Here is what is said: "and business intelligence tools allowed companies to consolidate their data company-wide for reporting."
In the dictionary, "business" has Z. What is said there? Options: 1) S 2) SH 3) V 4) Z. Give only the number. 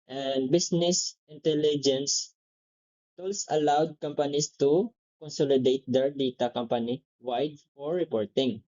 1